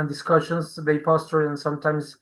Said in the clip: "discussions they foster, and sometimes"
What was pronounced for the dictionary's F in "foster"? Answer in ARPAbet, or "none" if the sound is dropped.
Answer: P